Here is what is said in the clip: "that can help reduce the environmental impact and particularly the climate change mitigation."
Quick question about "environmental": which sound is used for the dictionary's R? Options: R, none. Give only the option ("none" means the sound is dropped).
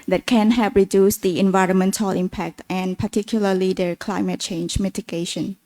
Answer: R